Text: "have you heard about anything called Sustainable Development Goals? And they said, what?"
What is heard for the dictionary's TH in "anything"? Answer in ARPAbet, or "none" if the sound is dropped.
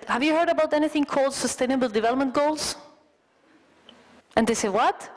TH